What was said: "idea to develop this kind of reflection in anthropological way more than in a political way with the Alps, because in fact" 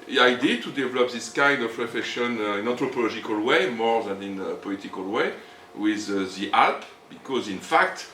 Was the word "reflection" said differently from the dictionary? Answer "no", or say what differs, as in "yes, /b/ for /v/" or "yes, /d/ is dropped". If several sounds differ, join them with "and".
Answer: yes, /l/ is dropped